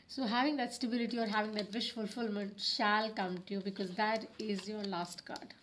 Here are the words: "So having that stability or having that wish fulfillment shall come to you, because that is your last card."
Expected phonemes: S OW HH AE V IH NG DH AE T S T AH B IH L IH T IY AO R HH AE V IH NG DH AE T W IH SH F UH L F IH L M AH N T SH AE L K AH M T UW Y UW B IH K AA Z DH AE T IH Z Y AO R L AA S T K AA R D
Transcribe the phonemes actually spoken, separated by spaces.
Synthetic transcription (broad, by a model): S OW HH AE V IH NG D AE T S T AH B IH L IH T IY AO R HH AE V IH NG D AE T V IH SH F UH L F IH L M AH N T SH AE L K AH M T UW Y UW B IH K AA Z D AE T IH Z Y AO R L AA S T K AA R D